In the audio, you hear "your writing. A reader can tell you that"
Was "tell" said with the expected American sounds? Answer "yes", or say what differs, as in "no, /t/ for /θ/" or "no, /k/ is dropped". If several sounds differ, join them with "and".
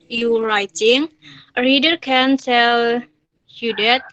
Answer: no, /s/ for /t/